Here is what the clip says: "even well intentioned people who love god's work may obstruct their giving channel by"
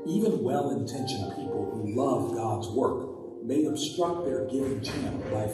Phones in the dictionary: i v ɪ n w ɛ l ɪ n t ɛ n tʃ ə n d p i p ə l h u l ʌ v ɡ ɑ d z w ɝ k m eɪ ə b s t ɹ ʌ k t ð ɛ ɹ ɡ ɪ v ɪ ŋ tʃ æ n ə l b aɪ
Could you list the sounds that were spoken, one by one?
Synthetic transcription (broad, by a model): i v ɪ n w ɛ l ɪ n t ɛ n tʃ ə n p i p l h u l ʌ v ɡ ɑ d z w ɝ k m eɪ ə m s t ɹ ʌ k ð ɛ ɹ ɡ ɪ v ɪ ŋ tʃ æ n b aɪ